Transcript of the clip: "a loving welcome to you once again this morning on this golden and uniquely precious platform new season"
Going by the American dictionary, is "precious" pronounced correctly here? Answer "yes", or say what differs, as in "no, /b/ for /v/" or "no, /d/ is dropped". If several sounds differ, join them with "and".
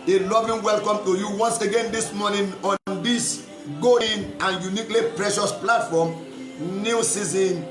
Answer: yes